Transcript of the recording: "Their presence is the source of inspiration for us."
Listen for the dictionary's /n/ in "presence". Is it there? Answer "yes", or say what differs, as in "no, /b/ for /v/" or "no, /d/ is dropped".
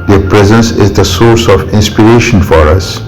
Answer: yes